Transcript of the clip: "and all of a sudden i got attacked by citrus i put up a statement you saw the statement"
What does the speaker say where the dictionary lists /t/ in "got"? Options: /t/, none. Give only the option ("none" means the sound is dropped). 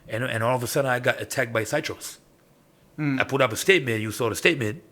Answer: /t/